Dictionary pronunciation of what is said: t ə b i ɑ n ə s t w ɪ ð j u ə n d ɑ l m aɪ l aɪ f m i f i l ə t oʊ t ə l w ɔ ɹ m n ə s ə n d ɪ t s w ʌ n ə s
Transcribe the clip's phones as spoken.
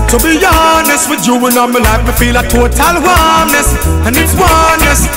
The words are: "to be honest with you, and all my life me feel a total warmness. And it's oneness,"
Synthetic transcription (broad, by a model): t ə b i ɑ n ə s t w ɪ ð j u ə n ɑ n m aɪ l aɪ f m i f i l ə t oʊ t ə l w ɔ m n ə s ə n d ɪ t s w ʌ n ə s